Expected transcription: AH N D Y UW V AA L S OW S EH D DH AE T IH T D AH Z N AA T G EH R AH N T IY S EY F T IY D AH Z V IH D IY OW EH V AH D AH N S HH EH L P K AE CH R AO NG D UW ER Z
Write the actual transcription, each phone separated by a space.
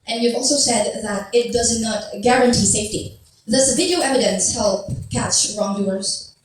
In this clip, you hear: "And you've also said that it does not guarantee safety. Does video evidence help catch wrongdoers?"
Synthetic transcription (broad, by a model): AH N Y UW V AA L S OW S EH D DH AE T IH T D AH Z N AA T G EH R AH N T IY S EY F T IY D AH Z V IH D IY OW EH V AH D AH N S HH EH L P K AE CH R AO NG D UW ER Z